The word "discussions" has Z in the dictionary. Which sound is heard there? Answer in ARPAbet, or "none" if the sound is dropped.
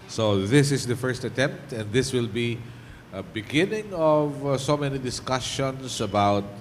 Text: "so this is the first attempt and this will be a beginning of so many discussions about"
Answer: S